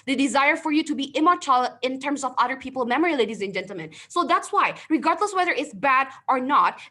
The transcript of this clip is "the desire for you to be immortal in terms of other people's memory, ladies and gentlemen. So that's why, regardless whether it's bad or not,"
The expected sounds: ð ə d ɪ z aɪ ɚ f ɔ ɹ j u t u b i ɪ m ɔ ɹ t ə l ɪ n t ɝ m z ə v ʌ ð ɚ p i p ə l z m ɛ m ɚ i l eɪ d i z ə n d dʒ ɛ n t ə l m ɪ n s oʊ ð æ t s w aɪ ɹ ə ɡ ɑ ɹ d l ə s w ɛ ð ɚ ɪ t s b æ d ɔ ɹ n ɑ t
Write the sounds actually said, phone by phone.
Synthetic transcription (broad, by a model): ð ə d ɪ z aɪ ɚ f ɔ ɹ j u t u b i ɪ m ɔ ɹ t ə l ɪ n t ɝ m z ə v ʌ ð ɚ p i p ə l m ɛ m ɚ i l eɪ d i z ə n dʒ ɛ n t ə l m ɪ n s oʊ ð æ t s w aɪ ɹ ə ɡ ɑ ɹ d l ə s w ɛ ð ɚ ɪ t s b æ d ɔ ɹ n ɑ t